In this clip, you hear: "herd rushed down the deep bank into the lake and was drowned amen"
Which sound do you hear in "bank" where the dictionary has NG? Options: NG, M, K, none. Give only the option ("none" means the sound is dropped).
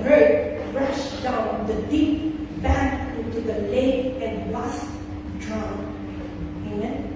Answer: none